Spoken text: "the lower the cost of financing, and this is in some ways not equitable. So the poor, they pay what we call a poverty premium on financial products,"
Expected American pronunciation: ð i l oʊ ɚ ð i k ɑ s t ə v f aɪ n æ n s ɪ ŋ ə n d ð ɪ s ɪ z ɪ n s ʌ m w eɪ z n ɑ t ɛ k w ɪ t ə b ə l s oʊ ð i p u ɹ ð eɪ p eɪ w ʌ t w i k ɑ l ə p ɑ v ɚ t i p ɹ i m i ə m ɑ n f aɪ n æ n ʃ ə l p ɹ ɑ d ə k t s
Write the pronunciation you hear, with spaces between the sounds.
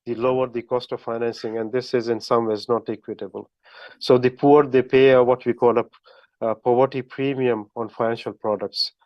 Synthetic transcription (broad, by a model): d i l oʊ ɚ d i k ɑ s t ə v f aɪ n æ n s ɪ ŋ ə n d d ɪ s ɪ z ɪ n s ʌ m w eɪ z n ɑ t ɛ k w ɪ t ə b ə l s oʊ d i p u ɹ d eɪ p eɪ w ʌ t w i k ɑ l ə p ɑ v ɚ t i p ɹ i m i ə m ɑ n f aɪ n æ n ʃ ə l p ɹ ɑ d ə k t s